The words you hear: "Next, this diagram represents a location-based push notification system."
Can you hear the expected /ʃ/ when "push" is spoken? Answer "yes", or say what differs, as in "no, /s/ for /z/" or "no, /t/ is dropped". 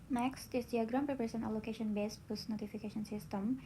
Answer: no, /s/ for /ʃ/